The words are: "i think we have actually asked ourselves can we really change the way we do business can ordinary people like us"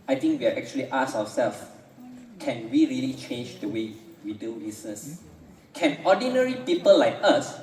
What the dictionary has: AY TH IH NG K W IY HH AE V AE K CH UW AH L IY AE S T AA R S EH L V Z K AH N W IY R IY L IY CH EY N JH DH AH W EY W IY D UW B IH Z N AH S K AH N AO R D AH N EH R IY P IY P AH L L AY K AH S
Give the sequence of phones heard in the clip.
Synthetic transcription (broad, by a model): AY T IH NG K W IY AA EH K CH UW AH L IY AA S AA W S EH L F K AH N W IY R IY L IY CH EY N JH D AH W EY W IY D UW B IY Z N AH S K AH N AO D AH N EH R IY P IY P AH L L AY K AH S